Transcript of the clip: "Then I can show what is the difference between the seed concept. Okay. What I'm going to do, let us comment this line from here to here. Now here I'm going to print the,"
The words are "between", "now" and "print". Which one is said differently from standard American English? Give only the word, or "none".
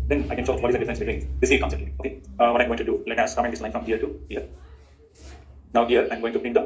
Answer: print